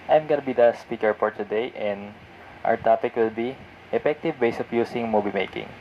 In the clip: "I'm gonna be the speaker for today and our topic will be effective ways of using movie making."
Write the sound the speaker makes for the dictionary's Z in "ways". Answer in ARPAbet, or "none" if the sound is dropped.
S